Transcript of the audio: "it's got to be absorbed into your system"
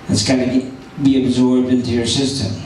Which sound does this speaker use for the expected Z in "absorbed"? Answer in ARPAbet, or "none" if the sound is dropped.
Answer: Z